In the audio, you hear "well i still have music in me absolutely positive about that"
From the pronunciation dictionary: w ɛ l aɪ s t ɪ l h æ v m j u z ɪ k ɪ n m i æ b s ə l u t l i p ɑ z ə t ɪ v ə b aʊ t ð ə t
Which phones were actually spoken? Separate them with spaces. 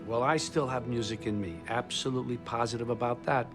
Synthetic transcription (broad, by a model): w ɛ l aɪ s t ɪ l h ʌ v m j u z ɪ k ɪ n m i æ b s ə l u t l i p ɑ z ə t ɪ v ə b aʊ t ð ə t